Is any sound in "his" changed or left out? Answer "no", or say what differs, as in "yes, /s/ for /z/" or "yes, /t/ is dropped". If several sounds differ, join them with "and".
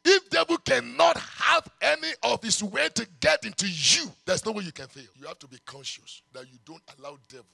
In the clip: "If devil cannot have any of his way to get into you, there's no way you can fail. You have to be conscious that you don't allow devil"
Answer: yes, /s/ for /z/